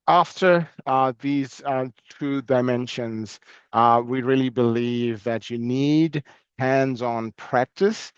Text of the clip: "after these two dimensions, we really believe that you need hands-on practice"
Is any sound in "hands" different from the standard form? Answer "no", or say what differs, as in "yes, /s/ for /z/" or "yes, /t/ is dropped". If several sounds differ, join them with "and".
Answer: no